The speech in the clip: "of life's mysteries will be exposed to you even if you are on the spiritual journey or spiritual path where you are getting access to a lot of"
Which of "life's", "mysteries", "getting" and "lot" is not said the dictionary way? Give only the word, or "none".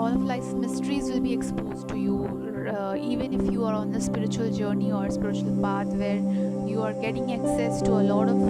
life's